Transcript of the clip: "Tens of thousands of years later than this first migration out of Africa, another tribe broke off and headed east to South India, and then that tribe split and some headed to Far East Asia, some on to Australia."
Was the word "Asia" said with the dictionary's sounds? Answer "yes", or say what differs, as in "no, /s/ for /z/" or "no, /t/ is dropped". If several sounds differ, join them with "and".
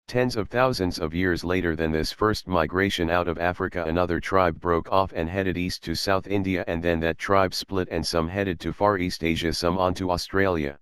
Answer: yes